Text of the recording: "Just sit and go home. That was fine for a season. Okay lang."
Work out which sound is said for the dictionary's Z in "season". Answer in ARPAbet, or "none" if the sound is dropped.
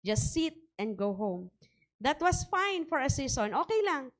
S